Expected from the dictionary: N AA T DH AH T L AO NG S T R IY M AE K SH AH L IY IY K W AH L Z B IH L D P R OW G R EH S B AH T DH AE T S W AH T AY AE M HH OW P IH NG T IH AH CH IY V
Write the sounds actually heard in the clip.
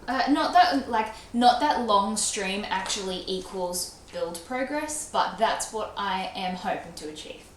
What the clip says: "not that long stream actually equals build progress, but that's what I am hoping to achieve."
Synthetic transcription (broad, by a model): N AA T DH AH T L AO NG S T R IY M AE K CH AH L IY IY K W AH L Z B IH L D P R OW G R EH S B AH T DH AE T S W AH T AY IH M HH OW P IH NG T IH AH CH IY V